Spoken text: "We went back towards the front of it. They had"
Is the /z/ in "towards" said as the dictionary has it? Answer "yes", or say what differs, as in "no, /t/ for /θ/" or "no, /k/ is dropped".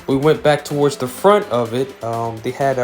yes